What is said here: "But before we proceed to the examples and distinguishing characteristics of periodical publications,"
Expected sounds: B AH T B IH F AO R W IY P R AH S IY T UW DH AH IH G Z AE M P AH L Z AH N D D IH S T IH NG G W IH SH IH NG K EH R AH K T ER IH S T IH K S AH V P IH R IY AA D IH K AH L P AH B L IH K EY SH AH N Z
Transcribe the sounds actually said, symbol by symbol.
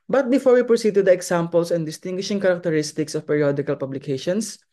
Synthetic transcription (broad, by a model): B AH T B IH F AO R W IY P R AH S IY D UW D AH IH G S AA M P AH L S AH N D D IH S T IH NG G W IH SH IH NG K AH R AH K T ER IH S T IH K S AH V P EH R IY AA D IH K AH L P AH B L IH K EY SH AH N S